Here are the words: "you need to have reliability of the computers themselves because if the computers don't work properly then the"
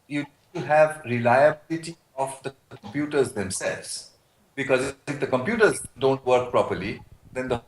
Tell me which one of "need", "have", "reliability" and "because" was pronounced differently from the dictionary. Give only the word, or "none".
none